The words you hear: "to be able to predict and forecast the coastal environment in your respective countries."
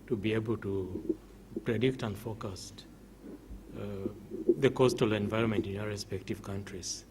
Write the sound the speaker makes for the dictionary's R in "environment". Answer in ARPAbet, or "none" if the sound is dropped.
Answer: R